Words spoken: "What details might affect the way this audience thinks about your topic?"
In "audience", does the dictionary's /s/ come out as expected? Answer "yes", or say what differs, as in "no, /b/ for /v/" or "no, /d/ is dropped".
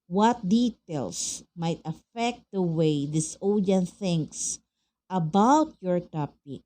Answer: no, /s/ is dropped